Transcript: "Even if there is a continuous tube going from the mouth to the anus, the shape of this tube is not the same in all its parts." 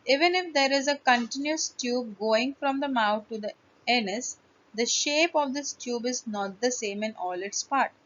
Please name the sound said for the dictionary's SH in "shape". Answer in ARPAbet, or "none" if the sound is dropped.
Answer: SH